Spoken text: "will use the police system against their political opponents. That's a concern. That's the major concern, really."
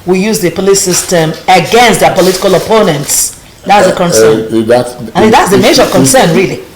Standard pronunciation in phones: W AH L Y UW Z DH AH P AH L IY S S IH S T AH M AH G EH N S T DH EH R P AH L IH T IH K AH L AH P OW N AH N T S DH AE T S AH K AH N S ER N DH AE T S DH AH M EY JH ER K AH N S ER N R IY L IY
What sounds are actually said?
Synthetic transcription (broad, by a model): W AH Y UW Z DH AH P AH L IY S S IH S T AH M AH G EH N S T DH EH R P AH L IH T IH K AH L AH P OW N AH N T S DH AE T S AH K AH N S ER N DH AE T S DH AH M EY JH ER K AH N S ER N R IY L IY